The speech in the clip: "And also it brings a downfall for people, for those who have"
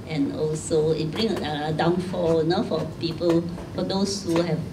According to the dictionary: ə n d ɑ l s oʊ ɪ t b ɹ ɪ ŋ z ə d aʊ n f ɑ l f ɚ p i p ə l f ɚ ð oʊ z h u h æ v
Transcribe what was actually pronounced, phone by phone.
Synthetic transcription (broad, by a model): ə n ɑ l s oʊ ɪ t b ɹ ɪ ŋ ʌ ə d aʊ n f ɑ n f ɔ p i p ə l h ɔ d oʊ s h u h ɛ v